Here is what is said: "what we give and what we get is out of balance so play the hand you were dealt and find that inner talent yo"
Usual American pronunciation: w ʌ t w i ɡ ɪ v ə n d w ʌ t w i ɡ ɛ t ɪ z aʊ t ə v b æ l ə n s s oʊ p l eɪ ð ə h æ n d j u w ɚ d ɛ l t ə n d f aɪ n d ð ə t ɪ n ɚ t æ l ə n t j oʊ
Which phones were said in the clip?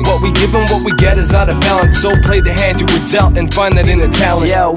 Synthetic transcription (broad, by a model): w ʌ t w i ɡ ɪ v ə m w ʌ t w i ɡ ɛ t ɪ z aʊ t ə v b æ l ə n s s oʊ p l eɪ ð ə h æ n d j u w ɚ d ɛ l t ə n f aɪ n ð ə t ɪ n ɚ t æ ə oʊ